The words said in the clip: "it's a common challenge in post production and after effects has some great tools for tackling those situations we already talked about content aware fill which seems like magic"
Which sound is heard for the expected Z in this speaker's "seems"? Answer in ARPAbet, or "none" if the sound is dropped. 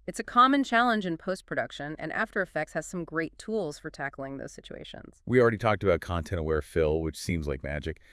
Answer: Z